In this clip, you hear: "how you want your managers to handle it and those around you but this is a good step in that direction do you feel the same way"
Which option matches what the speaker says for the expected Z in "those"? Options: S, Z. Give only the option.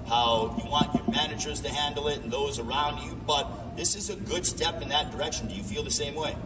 Z